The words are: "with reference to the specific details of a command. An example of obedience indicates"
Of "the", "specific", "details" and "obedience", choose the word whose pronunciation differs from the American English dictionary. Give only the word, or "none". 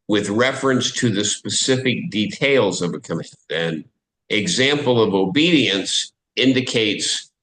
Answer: none